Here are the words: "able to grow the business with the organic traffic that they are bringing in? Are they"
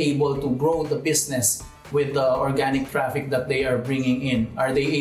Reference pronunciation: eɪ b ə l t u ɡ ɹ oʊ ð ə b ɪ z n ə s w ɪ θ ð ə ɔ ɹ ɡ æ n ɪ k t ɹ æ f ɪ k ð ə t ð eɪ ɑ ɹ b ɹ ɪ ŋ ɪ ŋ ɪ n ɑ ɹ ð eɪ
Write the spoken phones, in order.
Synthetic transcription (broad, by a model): eɪ b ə l t u ɡ ɹ oʊ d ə b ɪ s n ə s w ɪ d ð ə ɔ ɹ ɡ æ n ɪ k t ɹ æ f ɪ k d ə t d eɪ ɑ ɹ b ɹ ɪ ŋ ɪ ŋ ɪ n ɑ ɹ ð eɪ